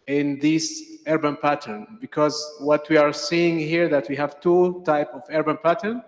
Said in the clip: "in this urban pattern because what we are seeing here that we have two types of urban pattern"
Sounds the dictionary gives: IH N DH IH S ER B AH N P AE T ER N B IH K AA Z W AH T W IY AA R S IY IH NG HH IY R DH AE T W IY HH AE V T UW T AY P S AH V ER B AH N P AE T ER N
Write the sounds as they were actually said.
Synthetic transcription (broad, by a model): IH N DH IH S ER B AH N P AE T ER N B IH K AA Z W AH T W IY AA R S IY IH NG HH IY R DH AE T W IY HH AE V T UW T AY P AH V ER B AH N P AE T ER N